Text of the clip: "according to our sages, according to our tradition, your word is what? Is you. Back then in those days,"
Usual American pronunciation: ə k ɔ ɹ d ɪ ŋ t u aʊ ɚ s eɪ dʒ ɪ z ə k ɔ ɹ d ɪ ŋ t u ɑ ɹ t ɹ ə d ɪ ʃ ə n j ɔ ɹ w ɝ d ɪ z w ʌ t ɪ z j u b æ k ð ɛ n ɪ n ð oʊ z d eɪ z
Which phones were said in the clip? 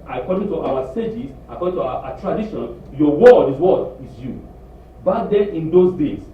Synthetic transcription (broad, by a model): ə k ɔ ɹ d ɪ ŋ t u aʊ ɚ s eɪ dʒ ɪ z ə k ɔ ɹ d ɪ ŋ t u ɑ t ɹ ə d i ʃ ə n j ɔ w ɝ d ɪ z w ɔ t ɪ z j u b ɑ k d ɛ ɪ n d oʊ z d eɪ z